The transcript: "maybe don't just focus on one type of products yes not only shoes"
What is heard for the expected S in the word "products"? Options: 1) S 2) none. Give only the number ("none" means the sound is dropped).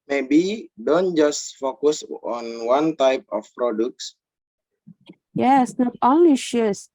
1